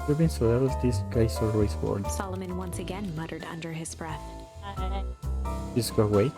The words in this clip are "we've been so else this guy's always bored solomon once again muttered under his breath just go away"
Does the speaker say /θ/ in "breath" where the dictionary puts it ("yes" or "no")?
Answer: yes